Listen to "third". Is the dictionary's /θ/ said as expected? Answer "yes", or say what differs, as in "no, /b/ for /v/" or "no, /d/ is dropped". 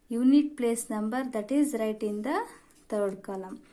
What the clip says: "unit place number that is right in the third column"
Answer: no, /t/ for /θ/